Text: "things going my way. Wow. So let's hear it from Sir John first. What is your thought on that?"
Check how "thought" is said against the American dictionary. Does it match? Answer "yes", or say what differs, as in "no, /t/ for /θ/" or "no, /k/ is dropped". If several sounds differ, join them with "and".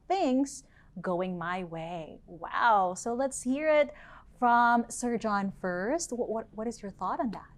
yes